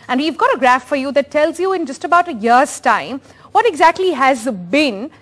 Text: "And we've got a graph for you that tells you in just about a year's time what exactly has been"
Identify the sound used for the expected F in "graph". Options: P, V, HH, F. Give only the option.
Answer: F